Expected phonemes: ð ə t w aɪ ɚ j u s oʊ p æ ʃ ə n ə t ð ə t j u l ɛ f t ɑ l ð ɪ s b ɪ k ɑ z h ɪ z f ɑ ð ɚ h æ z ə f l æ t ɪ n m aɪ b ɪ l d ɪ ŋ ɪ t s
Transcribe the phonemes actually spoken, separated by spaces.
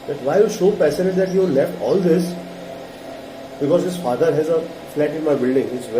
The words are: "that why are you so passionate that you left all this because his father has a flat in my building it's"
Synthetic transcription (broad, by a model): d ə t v aɪ j u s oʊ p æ s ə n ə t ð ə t j u l ɛ f t ɑ l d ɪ s b ɪ k ɑ z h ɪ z f ɑ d ɚ h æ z ə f l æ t ɪ n m aɪ b ɪ l d ɪ ŋ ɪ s